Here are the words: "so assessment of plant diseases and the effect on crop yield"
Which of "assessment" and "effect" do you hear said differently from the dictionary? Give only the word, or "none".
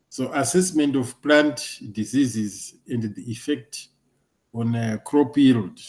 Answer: none